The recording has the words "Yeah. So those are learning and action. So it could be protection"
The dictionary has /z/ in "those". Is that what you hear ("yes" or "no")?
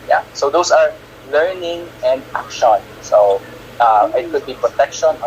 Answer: no